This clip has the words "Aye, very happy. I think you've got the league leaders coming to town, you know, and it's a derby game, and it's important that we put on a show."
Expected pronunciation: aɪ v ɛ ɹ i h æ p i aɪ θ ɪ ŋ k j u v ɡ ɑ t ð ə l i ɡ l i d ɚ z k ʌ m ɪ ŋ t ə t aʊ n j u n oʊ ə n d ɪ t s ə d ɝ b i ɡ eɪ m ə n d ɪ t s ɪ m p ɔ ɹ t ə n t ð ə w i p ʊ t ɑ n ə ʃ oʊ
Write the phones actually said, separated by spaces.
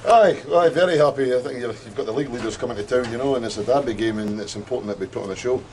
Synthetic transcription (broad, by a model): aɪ v ɛ ɹ i h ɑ p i aɪ θ ɪ ŋ k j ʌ v ɡ ɑ t ð ə l i ɡ l i d ɚ z k ʌ m ɪ ŋ t ə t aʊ n j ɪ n oʊ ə n ɪ t s ə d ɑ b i ɡ eɪ m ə n ɪ t s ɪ m p ɔ ɹ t n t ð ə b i p ʊ t n ə ʃ oʊ